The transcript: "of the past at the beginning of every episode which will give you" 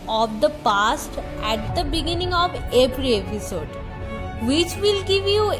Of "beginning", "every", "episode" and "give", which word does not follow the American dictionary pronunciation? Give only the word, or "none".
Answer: every